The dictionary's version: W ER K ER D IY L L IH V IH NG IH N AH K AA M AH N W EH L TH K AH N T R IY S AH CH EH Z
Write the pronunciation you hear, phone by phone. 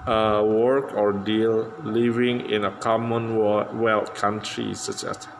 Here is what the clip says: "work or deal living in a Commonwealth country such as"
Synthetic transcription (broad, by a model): W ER K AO D IY L L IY V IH NG IH N AH K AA M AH N W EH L T K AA N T R IY S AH CH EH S